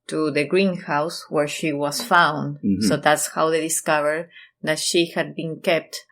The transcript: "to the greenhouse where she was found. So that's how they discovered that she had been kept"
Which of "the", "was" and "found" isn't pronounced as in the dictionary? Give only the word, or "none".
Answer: was